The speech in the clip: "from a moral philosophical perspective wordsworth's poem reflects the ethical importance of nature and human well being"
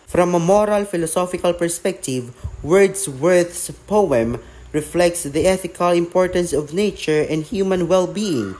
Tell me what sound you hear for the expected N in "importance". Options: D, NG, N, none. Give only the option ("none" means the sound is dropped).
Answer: N